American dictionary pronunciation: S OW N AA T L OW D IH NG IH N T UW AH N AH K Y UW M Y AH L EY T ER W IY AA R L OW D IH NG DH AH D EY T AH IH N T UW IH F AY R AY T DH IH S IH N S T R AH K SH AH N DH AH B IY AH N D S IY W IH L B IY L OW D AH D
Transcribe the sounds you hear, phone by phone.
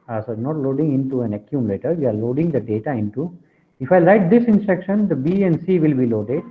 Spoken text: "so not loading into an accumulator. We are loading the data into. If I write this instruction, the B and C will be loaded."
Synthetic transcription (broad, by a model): S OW N AA T L OW D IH NG IH N T UW AH N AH K Y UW M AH L EY T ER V IY AA R L OW D IH NG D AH D EY T AH IH N T UW IH F AY L AY T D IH S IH N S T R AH K SH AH N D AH B IY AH N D S IY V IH L B IY L OW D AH D